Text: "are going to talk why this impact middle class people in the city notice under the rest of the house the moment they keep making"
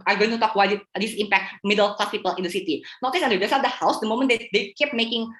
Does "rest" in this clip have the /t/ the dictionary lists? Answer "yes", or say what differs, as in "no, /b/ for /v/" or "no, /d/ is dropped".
no, /t/ is dropped